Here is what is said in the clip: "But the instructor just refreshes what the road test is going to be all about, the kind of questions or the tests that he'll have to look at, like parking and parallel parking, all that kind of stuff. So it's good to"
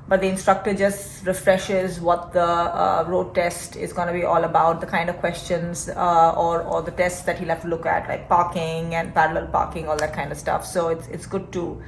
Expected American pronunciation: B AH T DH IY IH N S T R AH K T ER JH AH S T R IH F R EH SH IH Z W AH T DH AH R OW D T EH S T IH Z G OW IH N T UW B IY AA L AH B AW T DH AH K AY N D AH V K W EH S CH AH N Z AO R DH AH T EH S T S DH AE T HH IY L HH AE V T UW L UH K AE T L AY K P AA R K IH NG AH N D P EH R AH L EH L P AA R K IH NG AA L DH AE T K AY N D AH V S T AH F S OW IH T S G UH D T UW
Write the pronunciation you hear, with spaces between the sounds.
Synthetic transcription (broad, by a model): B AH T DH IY IH N S T R AH K T ER JH AH S T R IH F R EH SH IH Z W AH T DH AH R OW D T EH S T IH Z G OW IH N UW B IY AA L AH B AW T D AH K AY N D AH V K W EH S CH AH N Z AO R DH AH T EH S T S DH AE T HH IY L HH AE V T UW L UH K AE T L AY K P AA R K IH NG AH N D P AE R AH L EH L P AA R K IH NG AA L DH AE T K AY N D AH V S T AH F S OW IH T S G UH D T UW